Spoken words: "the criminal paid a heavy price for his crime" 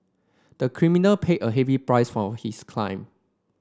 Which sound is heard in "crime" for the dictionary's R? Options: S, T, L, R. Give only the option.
L